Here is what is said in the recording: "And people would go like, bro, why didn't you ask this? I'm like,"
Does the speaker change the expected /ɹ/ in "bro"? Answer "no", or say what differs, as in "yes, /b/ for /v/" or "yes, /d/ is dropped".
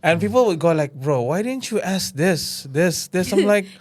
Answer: no